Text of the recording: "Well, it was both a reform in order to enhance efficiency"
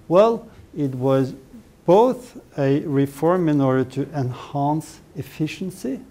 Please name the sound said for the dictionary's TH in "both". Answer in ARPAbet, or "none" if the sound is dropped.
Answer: TH